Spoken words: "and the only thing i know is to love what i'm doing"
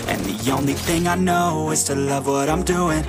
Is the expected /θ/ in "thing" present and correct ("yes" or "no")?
yes